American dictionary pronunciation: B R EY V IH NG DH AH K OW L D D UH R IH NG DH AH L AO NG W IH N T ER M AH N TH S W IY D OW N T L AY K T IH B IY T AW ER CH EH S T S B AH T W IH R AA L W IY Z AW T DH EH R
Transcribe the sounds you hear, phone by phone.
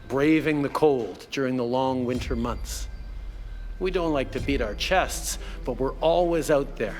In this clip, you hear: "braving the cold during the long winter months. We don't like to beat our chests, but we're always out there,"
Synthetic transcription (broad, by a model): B R EY V IH NG DH AH K OW L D D UH R IH NG DH AH L AO NG W IH N T ER M AH N TH S W IY D OW N T L AY K T IH B IY T AW ER CH EH S T S B AH T W IH R AA L W IY Z AW T DH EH R